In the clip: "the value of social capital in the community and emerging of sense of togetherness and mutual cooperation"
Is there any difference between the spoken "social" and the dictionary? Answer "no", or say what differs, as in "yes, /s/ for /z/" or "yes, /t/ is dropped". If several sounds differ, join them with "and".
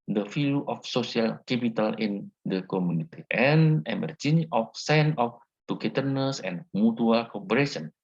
yes, /s/ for /ʃ/